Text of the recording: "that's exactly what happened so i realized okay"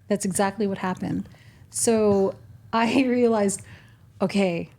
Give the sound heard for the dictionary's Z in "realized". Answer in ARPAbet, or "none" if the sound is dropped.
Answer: Z